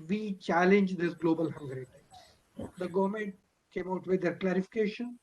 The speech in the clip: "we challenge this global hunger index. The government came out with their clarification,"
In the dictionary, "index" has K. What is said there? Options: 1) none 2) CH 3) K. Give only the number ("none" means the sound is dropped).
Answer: 1